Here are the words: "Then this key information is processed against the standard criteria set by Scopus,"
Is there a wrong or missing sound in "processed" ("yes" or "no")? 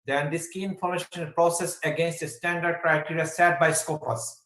yes